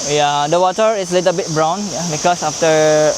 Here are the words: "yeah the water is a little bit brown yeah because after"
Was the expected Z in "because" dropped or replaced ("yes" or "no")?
yes